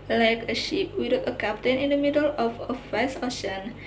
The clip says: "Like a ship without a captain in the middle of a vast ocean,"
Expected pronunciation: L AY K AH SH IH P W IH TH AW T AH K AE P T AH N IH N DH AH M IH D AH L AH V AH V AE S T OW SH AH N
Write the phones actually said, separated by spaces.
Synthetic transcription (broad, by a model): L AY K AH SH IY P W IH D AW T AH K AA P T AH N IH N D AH M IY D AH L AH F AH F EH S OW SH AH N